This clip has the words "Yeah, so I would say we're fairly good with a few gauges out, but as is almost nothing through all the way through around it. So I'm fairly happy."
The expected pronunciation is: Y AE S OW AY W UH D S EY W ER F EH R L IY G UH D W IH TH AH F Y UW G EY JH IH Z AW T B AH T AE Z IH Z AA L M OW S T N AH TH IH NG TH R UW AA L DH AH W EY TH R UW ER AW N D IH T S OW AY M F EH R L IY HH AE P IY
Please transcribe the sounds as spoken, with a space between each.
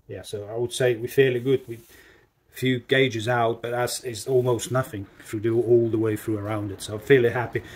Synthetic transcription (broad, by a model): Y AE S OW AY W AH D S EY W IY F EH R L IY G UH D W AH F Y UW G EY JH IH Z AW T B AH T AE S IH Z AA L M OW S T N AH TH IH NG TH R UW AA L DH AH W EY TH R UW ER AW N D IH T S OW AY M F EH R L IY HH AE P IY